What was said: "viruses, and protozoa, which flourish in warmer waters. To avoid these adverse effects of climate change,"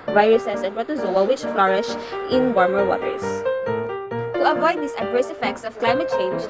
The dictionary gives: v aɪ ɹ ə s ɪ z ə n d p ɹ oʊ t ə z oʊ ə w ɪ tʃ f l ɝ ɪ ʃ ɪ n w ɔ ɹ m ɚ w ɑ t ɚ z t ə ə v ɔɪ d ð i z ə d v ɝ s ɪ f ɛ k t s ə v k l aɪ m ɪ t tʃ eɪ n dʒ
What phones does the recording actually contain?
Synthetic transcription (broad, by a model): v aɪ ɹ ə s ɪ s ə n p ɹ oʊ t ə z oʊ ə w ɪ tʃ f l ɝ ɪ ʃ ɪ n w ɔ ɹ m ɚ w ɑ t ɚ s t ə ə v ɔɪ d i s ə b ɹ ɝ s ɪ f ɛ k t s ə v k l aɪ m ɪ t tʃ eɪ n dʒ